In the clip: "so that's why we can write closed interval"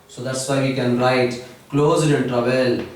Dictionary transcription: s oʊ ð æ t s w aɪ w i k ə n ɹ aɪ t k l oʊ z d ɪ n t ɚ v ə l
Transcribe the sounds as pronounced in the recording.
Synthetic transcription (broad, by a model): s oʊ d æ t s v aɪ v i k ə n ɹ aɪ t k l oʊ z ɪ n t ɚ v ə l